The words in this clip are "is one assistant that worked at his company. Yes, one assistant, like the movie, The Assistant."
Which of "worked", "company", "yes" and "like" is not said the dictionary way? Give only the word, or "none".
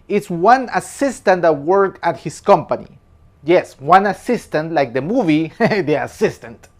worked